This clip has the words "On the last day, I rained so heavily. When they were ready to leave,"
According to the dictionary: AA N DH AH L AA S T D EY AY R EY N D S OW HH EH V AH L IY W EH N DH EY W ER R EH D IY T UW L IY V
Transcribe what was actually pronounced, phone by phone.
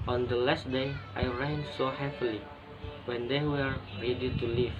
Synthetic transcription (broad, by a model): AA N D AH L AA S T D EY AY R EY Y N S OW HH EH P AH L IY W EH N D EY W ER R EH D IY T UW L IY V